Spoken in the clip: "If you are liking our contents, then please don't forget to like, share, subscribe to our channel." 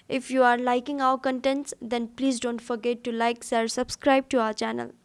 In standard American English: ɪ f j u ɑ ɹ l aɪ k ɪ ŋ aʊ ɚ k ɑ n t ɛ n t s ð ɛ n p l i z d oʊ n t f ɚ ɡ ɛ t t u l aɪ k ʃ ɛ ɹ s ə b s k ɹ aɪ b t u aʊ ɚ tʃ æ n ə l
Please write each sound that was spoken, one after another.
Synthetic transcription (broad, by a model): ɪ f j u ɑ ɹ l aɪ k ɪ ŋ aʊ ɚ k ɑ n t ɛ n t s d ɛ n p l i z d oʊ n t f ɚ ɡ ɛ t t u l aɪ k s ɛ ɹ s ə b s k ɹ aɪ b t u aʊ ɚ tʃ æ n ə l